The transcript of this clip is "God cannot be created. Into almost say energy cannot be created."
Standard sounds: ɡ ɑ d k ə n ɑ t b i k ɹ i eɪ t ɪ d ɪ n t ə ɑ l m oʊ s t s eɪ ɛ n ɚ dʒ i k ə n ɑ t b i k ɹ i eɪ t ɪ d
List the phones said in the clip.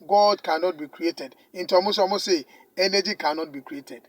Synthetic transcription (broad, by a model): ɡ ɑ d k ə n ɑ t b i k ɹ i eɪ t ɪ d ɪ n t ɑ m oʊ s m s eɪ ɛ n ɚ dʒ i k ə n ɑ t b i k ɹ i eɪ t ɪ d